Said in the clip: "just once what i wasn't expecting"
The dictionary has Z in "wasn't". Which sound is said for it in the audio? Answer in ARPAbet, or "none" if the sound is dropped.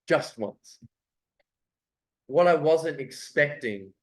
Z